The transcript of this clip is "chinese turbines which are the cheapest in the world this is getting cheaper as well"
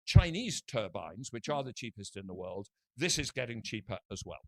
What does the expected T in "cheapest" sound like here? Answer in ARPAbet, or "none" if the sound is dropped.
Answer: T